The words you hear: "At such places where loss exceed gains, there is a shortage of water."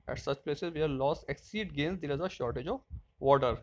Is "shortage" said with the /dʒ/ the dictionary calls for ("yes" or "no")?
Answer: yes